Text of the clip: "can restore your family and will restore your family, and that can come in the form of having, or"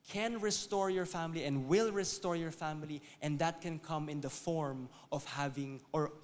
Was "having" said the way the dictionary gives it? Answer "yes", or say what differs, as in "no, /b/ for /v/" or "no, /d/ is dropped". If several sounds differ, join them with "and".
yes